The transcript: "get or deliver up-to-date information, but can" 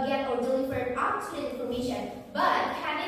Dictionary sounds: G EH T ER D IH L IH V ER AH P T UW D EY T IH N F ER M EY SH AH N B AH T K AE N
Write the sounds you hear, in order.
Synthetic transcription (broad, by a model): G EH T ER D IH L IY F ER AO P T UW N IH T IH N F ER M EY SH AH N B AH T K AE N